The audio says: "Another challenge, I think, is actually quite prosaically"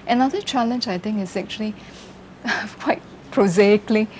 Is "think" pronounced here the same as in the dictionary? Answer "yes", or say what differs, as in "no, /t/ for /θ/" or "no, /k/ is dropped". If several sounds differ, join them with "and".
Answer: no, /t/ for /θ/